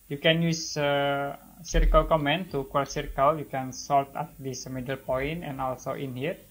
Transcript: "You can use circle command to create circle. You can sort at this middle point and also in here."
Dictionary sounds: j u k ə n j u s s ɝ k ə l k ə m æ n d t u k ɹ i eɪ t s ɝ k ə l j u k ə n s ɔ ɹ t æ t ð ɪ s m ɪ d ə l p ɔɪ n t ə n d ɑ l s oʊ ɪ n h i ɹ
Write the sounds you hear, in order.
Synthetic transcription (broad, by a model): j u k ə n j u s s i k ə l k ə m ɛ n t u k w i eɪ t s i k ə l j u k ə n s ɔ l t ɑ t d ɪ s m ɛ d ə l p ɔɪ n t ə n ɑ l s oʊ ɪ n h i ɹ